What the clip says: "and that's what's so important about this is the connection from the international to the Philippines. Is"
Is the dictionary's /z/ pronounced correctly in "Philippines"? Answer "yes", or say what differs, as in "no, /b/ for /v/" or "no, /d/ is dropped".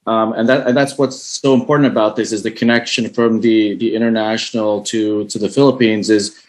yes